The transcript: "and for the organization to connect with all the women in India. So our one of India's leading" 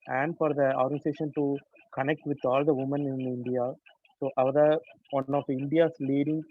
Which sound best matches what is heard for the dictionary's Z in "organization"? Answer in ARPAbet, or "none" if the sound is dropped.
S